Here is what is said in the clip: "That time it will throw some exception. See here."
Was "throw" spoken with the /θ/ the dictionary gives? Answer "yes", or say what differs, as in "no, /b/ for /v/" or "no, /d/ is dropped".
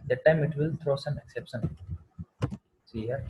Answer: no, /t/ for /θ/